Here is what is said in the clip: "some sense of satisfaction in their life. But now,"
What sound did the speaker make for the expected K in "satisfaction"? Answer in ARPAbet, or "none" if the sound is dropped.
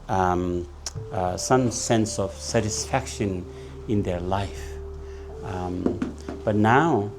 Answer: K